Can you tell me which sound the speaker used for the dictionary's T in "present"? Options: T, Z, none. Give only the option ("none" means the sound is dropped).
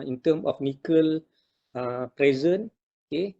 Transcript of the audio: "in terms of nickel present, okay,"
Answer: none